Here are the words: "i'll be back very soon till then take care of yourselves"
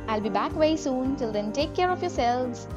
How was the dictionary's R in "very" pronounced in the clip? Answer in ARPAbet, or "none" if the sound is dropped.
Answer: none